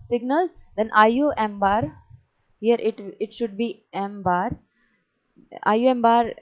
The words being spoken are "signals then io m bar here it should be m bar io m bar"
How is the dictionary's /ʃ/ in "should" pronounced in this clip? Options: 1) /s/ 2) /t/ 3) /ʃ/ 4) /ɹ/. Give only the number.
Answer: 3